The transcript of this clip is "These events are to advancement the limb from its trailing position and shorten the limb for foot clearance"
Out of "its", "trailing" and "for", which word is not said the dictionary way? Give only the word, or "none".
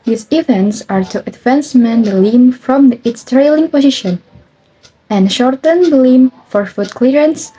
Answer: none